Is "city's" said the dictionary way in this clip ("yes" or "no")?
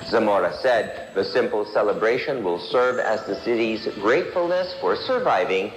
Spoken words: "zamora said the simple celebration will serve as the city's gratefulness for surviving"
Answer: yes